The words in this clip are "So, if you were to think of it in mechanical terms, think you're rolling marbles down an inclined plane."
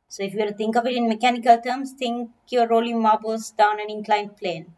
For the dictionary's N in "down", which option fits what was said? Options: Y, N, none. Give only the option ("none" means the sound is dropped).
N